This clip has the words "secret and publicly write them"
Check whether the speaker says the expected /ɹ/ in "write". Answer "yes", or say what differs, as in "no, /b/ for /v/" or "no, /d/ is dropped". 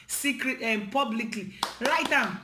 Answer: no, /l/ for /ɹ/